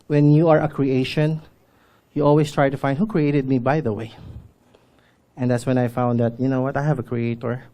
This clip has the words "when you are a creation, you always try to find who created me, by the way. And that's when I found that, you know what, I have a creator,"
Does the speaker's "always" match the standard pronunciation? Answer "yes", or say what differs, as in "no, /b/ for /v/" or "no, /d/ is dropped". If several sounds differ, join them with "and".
no, /s/ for /z/